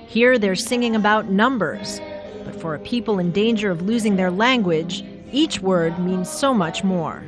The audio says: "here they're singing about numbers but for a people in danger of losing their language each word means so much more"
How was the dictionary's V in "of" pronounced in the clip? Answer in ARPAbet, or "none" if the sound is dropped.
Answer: V